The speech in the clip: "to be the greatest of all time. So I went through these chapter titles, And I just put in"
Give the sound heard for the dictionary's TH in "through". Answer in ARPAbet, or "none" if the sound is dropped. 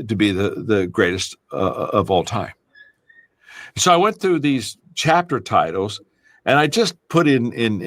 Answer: TH